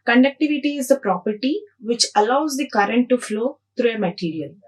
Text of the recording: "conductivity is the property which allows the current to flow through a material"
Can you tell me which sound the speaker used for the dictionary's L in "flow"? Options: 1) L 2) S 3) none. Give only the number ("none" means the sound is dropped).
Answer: 1